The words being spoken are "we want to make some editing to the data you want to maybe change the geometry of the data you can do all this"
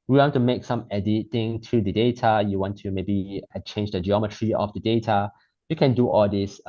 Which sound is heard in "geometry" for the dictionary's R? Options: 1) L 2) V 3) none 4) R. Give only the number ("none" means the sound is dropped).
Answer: 4